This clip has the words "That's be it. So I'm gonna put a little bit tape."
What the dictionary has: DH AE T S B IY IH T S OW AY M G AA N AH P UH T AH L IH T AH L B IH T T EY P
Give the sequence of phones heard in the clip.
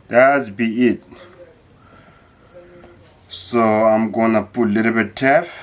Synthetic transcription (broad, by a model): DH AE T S B IY IH T S OW AY M G AA N AH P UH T L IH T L B IH T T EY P